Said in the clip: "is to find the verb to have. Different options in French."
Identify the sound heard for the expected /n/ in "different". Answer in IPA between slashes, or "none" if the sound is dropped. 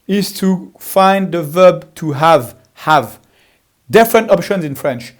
/n/